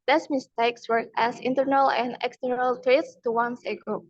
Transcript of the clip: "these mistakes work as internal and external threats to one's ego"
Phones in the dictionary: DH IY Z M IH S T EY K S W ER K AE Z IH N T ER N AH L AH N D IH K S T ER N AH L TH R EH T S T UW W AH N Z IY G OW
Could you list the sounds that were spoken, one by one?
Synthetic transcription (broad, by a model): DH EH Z M IH S T EY K S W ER AE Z IH N T ER N AH L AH N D IH K S T ER N AH L T R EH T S T UW W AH N S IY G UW